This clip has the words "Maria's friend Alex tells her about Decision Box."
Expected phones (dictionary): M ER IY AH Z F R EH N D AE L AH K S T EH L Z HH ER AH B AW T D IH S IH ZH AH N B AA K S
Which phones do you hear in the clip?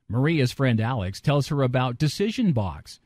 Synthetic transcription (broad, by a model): M ER IY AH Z F R EH N D AE L AH K S T EH L Z HH ER AH B AW T D IH S IH ZH AH N B AA K S